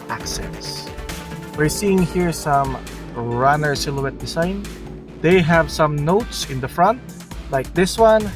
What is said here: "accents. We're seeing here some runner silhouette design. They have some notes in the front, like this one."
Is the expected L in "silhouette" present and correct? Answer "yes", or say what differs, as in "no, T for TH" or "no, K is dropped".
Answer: yes